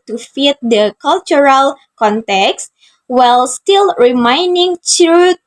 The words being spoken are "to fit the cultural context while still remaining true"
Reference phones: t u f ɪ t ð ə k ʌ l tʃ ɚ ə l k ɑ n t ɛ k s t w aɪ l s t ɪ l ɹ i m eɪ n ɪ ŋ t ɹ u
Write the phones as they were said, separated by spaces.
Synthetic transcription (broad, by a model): t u f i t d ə k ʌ l tʃ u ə l k ɑ n t ɛ k s t w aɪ l s t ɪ l ɹ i m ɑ n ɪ ŋ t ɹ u